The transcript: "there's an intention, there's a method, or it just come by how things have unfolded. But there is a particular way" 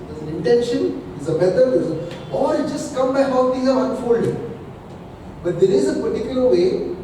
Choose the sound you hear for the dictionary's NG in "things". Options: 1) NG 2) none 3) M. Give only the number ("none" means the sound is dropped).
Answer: 2